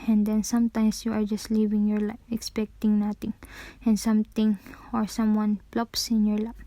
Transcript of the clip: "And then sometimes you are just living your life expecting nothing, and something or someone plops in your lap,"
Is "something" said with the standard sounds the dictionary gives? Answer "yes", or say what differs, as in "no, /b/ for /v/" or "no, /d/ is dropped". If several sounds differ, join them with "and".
no, /t/ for /θ/